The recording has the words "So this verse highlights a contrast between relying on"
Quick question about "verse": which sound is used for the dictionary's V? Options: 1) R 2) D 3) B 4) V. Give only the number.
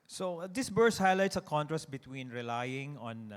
3